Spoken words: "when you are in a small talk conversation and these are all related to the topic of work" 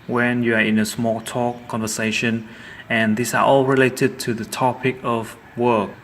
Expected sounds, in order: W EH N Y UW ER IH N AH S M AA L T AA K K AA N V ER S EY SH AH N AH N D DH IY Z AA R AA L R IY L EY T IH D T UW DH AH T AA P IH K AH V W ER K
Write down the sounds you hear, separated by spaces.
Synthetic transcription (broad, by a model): W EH N Y UW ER IH N AH S M AA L T AA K K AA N V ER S EY SH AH N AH N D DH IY S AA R AA L R IY L EY T IH D T UW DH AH T AA P IH K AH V W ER K